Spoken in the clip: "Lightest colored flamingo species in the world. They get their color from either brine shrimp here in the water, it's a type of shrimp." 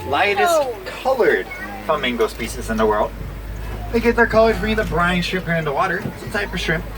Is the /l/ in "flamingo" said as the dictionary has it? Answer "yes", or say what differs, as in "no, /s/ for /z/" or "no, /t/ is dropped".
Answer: no, /l/ is dropped